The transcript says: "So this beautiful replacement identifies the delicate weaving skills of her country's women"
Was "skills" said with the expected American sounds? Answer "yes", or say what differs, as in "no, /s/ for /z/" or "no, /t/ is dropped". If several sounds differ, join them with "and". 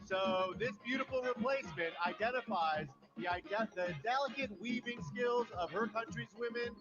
yes